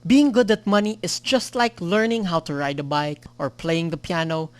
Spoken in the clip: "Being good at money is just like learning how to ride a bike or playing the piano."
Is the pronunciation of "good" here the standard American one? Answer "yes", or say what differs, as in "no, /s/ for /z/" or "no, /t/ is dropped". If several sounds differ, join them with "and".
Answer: yes